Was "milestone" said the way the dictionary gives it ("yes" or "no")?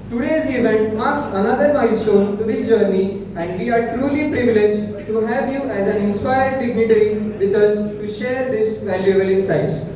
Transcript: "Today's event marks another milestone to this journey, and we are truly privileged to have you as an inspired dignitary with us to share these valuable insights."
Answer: no